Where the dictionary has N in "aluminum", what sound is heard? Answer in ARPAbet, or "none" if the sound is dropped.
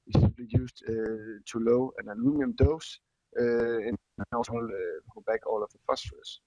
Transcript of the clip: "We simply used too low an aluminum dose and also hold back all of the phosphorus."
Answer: none